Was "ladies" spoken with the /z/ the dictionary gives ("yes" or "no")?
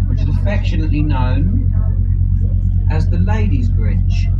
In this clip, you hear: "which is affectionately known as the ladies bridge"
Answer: yes